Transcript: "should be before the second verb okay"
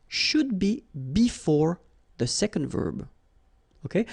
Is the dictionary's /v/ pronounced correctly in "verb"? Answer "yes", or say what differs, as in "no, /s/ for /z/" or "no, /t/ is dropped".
yes